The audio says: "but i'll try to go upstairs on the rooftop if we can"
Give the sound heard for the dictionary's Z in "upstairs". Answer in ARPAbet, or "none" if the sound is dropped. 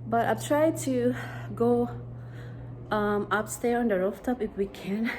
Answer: none